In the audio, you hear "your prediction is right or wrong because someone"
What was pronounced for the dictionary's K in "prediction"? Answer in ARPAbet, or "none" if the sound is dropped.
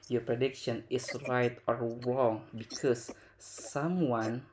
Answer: K